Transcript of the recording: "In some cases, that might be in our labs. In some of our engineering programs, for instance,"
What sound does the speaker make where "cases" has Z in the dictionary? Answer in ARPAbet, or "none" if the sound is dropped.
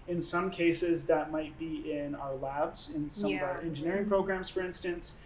Z